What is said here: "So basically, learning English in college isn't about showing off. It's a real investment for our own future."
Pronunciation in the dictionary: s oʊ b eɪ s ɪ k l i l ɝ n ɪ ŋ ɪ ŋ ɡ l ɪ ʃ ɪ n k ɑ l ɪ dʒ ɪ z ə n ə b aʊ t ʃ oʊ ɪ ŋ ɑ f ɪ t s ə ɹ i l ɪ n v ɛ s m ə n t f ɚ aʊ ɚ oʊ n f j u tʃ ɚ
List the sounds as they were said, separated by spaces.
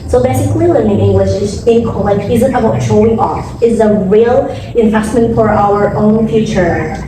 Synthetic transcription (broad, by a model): s oʊ b eɪ s ɪ k l i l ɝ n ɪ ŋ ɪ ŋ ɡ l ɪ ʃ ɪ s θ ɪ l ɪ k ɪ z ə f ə aʊ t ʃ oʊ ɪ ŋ ɑ f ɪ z ə ɹ i l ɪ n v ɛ s m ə n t f ɚ aʊ ɚ oʊ n f j u tʃ ɚ